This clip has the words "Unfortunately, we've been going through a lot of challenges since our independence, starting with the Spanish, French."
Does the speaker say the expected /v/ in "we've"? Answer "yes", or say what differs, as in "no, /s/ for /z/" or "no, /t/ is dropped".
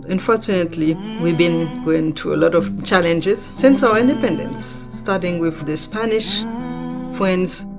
yes